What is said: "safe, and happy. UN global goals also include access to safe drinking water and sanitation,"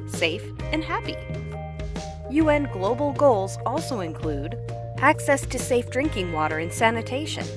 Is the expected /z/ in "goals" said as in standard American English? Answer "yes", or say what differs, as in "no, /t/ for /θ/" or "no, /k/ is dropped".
yes